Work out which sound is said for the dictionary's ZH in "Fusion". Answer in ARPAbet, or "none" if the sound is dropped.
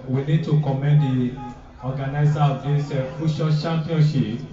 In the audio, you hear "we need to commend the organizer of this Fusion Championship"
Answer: SH